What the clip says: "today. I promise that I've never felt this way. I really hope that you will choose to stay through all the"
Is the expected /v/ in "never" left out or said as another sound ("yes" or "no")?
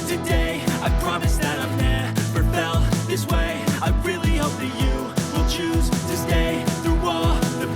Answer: yes